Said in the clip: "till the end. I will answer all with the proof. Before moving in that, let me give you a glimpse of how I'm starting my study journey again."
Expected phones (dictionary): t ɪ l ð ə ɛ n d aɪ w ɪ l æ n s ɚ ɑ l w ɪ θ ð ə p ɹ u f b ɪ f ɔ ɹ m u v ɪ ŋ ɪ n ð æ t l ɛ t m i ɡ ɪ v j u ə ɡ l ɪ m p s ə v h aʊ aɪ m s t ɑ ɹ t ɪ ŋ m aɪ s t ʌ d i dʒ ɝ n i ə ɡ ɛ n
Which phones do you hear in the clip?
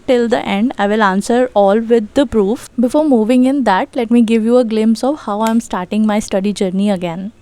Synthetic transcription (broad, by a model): t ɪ l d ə ɛ n d aɪ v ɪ l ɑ n s ɚ ɑ l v ɪ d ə p ɹ u f b ɪ f ɔ ɹ m u v ɪ ŋ ɪ n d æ t l ɛ t m i ɡ ɪ v j u ə ɡ l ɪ m s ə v h aʊ aɪ m s t ɑ ɹ t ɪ ŋ m aɪ s t ʌ d i dʒ ɝ n i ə ɡ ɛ n